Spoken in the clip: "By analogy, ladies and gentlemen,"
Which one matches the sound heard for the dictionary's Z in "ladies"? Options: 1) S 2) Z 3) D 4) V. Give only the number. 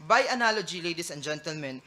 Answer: 1